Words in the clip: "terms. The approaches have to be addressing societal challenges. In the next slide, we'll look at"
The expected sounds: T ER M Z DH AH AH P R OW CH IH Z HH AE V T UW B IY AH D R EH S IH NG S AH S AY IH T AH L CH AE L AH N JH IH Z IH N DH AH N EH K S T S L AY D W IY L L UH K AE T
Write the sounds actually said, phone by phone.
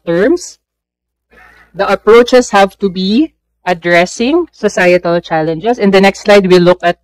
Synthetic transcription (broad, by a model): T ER M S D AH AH P R OW CH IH S HH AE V T UW B IY AH D R EH S IH NG S AH S AY IH T AH L CH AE L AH N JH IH S IH N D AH N EH K S T S L AY D W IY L L UH K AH T